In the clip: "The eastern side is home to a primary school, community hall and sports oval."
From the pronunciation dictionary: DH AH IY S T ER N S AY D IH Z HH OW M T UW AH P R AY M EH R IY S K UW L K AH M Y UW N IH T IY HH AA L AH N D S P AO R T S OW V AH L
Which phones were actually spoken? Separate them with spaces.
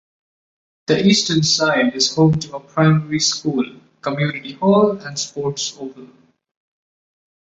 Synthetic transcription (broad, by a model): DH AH IY S T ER N S AY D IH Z HH OW M T UW AH P R AY M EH R IY S K UW L K AH M Y UW N IH T IY HH AA L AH N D S P AO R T S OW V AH N